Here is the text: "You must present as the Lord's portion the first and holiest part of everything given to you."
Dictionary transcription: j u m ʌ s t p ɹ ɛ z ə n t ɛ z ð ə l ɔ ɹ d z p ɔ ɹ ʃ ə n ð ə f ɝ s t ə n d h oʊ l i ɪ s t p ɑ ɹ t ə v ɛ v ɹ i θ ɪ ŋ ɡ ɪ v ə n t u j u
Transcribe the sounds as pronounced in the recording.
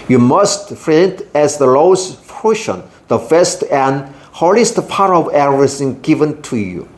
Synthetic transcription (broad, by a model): j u m ʌ s t f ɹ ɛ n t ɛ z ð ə l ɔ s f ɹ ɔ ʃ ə n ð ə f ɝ s t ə n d h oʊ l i s t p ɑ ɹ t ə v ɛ ɹ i s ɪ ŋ ɡ ɪ v ə n t u j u